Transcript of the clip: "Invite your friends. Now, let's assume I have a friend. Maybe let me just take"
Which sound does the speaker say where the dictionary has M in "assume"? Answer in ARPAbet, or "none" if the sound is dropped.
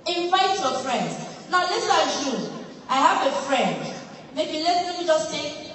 none